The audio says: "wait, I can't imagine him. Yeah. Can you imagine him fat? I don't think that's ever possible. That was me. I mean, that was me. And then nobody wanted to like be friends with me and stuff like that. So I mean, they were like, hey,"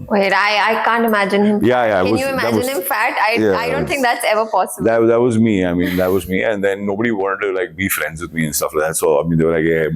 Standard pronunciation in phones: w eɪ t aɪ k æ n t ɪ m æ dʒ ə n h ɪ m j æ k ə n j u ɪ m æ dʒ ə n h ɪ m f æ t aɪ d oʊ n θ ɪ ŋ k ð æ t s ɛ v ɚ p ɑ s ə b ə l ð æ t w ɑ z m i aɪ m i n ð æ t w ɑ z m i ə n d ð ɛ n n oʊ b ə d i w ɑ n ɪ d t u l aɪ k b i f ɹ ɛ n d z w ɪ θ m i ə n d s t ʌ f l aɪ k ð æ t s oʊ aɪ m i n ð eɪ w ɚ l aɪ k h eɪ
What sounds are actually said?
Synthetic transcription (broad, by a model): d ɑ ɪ aɪ k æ n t ɪ m æ dʒ ə n h ɪ m j æ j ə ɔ j u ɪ m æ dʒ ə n h ɪ m f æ t aɪ d oʊ n t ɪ ŋ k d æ t s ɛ v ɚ p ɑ s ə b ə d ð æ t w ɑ z m i aɪ m i n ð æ t w ɑ z m i ə n d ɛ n n oʊ b ə d i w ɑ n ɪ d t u l aɪ k b i f ɹ ɛ n d z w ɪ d m i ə n s t ʌ f l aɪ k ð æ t s oʊ aɪ m i n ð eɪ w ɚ l aɪ k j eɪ